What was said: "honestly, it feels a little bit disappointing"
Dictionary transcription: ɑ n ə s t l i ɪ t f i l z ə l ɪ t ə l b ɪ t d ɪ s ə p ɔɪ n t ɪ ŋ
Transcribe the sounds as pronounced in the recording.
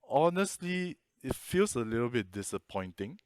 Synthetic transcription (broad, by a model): ɑ n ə s t l i ɪ t f i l s ə l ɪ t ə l b ɪ t d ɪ s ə p ɔɪ n t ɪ ŋ